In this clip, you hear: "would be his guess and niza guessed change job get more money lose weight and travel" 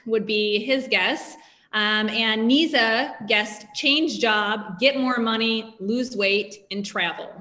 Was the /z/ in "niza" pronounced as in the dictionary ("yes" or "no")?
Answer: yes